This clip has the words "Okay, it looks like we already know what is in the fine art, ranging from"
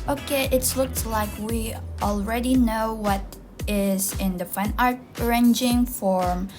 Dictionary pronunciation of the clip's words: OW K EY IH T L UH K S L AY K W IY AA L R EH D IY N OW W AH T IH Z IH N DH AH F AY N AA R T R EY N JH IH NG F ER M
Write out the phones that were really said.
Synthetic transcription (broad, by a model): OW K EY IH T L UH K S L AY K W IY AA L R EH D IY N OW W AH T IH Z IH N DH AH F AY N AA R T R EY N JH IH NG F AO M